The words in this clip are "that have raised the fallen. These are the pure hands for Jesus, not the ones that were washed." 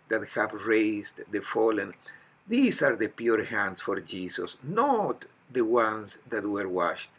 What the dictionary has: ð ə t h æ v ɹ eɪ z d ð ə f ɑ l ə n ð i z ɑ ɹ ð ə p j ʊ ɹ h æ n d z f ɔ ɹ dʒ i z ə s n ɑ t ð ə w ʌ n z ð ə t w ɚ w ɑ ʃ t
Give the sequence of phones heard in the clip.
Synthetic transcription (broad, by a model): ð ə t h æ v ɹ eɪ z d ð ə f ɑ l ə n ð i s ɑ ɹ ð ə p j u ɹ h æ n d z f ɔ ɹ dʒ i s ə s n ɑ t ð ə w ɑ n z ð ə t w ɚ w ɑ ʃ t